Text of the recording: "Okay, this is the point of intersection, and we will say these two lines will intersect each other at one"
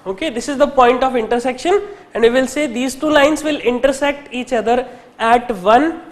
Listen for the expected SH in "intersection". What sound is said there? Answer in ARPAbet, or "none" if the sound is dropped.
SH